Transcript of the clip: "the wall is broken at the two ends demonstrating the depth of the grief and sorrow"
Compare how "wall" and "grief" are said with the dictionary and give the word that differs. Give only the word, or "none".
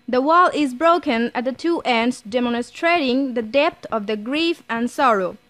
none